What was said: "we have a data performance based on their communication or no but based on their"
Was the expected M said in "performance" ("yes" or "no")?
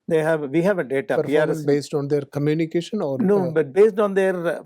no